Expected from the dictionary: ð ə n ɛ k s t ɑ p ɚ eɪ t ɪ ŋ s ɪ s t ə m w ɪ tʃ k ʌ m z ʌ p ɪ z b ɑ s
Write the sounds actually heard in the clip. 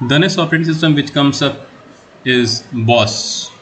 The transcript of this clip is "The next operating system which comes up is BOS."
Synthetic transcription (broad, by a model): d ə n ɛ s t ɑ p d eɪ t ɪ s ɪ s t ə m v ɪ tʃ k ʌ m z ʌ p ɪ z b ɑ s